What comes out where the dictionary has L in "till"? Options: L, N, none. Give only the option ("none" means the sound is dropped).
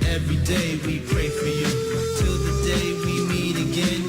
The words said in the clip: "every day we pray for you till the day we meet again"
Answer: L